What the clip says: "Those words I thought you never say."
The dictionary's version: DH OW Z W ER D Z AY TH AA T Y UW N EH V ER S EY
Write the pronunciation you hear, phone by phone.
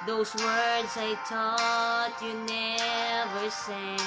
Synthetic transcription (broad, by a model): DH OW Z W ER D Z AY T AA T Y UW N EH V ER S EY